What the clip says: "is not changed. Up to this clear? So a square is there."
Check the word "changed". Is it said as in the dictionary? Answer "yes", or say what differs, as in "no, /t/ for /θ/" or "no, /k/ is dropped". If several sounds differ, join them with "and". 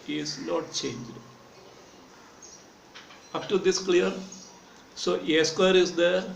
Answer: yes